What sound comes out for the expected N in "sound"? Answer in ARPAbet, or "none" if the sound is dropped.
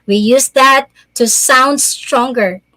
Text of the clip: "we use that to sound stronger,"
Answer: N